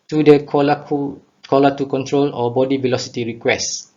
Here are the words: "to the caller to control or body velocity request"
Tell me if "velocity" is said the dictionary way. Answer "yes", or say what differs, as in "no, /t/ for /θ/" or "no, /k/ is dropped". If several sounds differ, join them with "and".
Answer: yes